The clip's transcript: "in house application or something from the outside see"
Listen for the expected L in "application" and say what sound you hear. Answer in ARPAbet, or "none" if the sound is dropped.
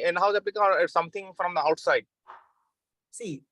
none